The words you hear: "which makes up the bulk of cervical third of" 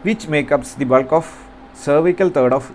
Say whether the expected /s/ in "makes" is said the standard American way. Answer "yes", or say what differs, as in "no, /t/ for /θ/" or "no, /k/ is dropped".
no, /s/ is dropped